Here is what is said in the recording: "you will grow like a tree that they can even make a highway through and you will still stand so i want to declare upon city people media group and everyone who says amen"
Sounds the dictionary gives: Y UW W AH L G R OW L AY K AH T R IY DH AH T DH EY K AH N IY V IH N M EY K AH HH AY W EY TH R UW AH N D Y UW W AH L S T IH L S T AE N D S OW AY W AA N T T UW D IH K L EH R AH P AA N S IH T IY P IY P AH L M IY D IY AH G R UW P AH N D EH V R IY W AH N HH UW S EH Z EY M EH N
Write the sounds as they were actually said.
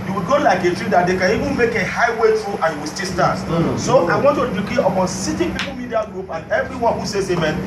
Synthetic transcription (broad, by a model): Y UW W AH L G OW L AY K AH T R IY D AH T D EY K AH N IY V IH N M EY K AH HH AY W EY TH R UW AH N Y UW W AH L S T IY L S T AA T S OW AY W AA N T T UW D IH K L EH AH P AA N S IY T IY P IY P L M IY D IY AH G R UW P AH N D EH V R IY W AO N HH UW S EH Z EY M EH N